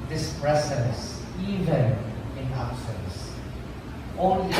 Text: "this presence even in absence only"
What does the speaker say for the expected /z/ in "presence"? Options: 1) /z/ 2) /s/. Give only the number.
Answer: 2